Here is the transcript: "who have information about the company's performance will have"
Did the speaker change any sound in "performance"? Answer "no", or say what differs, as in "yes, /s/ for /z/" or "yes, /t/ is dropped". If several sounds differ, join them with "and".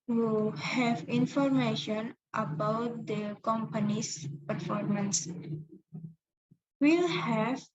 no